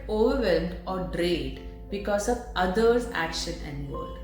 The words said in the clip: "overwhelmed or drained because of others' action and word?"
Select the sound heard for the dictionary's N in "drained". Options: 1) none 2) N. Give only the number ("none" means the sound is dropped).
1